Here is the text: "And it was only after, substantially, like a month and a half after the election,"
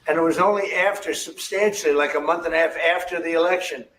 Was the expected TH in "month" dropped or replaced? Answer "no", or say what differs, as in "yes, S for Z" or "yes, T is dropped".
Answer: no